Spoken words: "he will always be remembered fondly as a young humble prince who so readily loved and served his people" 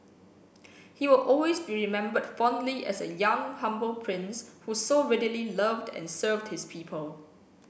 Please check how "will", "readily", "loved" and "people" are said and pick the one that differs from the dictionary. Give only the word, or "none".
none